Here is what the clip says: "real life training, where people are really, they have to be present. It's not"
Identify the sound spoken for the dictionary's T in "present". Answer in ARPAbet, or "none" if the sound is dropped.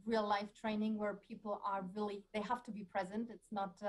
T